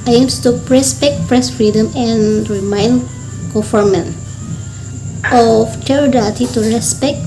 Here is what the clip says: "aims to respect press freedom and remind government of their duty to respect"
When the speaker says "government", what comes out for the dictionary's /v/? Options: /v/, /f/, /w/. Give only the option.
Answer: /f/